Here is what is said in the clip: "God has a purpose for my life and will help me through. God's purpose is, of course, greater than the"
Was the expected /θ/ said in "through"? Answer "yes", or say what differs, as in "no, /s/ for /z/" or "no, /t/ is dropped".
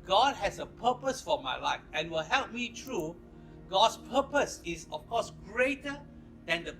no, /t/ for /θ/